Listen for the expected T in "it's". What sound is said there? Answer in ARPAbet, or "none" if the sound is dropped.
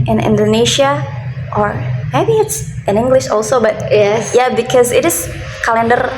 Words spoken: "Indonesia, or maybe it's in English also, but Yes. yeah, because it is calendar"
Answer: T